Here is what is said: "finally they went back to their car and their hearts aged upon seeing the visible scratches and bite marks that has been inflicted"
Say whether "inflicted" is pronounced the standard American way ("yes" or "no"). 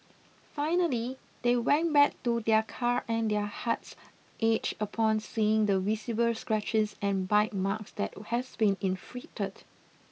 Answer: no